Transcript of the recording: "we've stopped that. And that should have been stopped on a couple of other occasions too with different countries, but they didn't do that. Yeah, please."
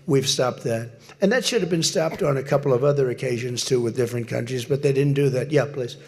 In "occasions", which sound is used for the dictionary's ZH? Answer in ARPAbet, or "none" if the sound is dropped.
ZH